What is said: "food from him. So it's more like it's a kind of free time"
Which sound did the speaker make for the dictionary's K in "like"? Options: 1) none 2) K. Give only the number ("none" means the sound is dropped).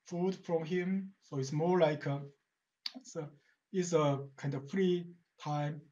2